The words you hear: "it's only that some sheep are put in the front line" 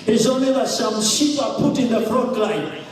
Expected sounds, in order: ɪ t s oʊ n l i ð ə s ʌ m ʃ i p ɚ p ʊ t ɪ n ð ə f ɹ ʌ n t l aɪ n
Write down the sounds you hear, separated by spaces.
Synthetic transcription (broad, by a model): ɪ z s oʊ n i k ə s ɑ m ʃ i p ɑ p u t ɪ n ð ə f ɹ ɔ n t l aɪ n